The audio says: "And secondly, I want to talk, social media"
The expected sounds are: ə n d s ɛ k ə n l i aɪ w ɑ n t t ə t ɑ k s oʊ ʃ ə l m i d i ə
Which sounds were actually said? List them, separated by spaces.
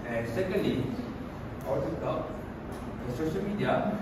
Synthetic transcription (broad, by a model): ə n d s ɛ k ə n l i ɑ t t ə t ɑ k s oʊ ʃ ə l m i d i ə